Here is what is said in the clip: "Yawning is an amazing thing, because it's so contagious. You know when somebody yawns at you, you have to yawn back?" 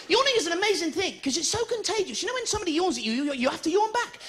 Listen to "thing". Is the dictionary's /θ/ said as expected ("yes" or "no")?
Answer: yes